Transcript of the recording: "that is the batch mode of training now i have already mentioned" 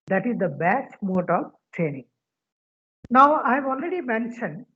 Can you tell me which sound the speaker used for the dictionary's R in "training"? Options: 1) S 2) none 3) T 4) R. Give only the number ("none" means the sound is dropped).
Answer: 4